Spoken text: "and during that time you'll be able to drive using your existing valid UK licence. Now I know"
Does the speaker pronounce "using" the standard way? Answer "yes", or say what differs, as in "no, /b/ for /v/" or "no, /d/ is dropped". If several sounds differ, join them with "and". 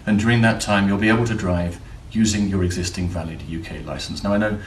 yes